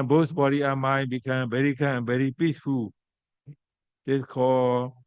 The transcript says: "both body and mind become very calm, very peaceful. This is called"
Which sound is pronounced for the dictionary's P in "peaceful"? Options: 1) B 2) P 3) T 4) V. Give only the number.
2